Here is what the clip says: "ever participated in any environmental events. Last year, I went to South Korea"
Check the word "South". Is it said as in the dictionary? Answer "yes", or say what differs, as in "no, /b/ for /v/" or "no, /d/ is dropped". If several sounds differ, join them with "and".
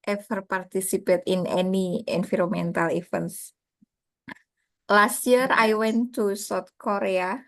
no, /t/ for /θ/